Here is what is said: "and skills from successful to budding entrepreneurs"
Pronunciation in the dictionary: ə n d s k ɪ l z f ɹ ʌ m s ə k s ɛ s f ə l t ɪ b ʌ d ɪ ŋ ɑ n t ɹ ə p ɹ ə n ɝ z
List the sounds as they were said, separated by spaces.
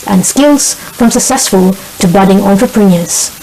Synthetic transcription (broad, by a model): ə n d s k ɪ l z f ɹ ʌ m s ə k s ɛ s f ə l t ɪ b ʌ d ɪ ŋ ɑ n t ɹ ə p ɹ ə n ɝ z